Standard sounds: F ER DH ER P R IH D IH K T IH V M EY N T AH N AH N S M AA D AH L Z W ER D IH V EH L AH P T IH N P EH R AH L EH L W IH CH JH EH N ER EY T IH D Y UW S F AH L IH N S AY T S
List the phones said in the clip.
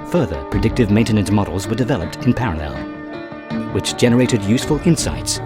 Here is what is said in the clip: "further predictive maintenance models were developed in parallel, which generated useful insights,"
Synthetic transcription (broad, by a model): F ER DH ER P R IH D IH K T IH V M EY N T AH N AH N M AA D L Z W ER D IH V EH L AH P T IH N P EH R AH L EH L W IH CH JH EH N ER EY T IH D Y UW S F AH L IH N S AY T S